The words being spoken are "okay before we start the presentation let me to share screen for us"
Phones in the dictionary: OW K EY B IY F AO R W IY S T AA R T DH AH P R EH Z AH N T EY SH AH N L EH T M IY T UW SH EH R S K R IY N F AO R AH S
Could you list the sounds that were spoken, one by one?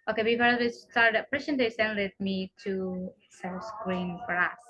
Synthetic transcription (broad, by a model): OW K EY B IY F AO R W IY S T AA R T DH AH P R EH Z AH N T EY S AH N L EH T M IY T UW S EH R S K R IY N F AO R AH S